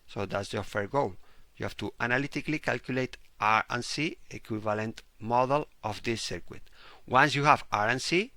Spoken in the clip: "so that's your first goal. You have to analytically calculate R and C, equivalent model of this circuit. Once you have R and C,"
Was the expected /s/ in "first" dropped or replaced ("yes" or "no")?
yes